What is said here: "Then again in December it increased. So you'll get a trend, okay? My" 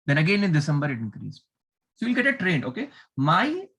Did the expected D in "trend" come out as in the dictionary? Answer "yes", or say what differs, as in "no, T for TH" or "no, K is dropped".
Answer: no, D is dropped